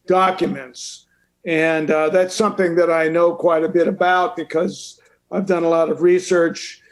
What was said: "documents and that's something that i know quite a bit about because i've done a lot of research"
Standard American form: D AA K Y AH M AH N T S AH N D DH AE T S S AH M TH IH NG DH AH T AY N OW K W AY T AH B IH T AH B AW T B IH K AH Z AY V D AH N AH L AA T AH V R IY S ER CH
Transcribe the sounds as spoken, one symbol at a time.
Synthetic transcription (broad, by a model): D AA K Y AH M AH N T S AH N DH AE T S S AH M TH IH NG DH AH T AY N OW K W AY T AH B IH T AH B AW T B IH K AH Z AY V D AH N AH L AA T AH V R IY S ER CH